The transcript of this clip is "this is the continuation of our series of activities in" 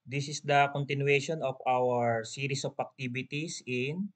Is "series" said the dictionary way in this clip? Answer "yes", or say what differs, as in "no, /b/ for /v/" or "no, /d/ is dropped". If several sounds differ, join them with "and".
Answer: no, /s/ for /z/